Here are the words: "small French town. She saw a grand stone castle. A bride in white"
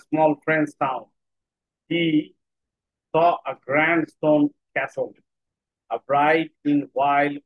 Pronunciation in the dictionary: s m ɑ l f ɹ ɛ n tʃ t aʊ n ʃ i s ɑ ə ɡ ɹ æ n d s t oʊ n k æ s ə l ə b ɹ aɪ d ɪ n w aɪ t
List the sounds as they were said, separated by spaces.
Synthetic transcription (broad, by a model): s m ɑ l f ɹ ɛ n s t aʊ n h i s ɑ ə ɡ ɹ æ n d s t oʊ n k æ s ə l ə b ɹ aɪ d ɪ n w aɪ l